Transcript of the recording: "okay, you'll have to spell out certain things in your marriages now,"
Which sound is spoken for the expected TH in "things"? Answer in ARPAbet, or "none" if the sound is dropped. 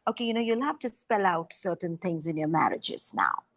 T